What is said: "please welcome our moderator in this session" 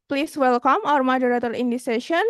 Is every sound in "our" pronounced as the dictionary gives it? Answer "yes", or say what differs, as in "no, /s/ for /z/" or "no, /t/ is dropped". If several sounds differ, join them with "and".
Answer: yes